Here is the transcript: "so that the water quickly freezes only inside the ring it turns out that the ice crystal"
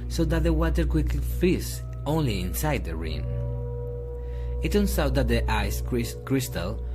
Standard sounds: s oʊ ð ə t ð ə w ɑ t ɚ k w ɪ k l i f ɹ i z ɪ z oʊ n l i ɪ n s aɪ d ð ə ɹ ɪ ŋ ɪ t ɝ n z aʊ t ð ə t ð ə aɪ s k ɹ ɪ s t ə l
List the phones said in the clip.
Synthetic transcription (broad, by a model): s oʊ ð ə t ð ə w ɑ t ɚ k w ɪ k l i f i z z oʊ n l i ɪ n s aɪ d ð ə ɹ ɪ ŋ ɪ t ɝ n s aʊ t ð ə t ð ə aɪ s k ɹ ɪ s t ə l